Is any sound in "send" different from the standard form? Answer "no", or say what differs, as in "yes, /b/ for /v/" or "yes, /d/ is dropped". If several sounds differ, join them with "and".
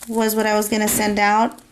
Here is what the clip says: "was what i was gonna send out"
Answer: no